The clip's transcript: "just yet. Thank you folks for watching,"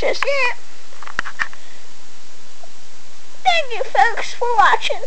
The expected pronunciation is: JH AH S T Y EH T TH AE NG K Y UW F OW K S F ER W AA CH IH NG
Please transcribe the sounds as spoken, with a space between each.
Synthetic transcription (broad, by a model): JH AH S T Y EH TH AE NG K Y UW F OW K S F ER W AA CH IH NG